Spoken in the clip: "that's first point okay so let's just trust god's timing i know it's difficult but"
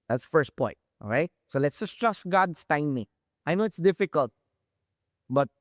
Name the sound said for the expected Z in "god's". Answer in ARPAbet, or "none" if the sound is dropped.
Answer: S